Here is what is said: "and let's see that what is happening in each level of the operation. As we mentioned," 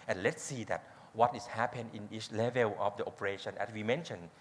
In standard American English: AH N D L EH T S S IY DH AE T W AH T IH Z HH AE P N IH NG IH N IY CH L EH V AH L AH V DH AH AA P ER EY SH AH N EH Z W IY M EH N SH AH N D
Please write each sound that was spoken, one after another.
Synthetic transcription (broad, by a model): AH N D L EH T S S IY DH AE T W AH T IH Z HH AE P IH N IH N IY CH L EH V AH L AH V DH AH AA P ER EY SH AH N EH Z W IY M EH N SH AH N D